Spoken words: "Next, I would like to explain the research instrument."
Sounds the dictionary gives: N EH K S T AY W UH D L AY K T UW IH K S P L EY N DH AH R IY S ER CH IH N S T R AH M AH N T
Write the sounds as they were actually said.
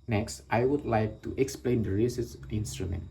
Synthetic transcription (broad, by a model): N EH K S T AY W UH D L AY K T UW IH K S P L EY N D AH R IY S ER S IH N S T R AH M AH N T